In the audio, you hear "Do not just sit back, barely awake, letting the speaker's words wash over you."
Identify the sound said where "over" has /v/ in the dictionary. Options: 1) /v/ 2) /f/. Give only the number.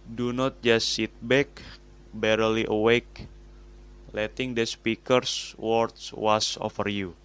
2